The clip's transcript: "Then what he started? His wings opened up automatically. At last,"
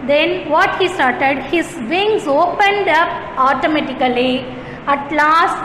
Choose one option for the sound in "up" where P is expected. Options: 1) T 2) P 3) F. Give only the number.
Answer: 2